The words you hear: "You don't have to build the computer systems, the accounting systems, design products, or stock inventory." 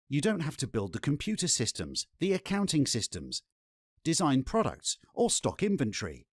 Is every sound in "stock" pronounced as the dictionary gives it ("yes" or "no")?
yes